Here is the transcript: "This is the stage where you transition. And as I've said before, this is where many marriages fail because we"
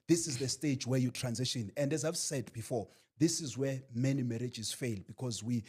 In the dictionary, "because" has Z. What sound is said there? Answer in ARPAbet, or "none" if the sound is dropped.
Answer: Z